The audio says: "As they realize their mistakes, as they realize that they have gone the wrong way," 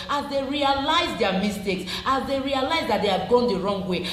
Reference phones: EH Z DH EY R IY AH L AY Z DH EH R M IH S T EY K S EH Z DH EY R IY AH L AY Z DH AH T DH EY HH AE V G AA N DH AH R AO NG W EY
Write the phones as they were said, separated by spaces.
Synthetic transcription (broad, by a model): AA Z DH EY R IY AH L AY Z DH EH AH M IH S T EY K S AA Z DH EY R IY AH L AY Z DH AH T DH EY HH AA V G AA N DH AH R AO NG W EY